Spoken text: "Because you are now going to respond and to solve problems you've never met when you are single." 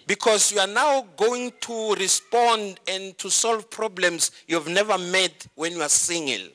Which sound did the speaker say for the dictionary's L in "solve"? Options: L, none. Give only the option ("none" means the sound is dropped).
L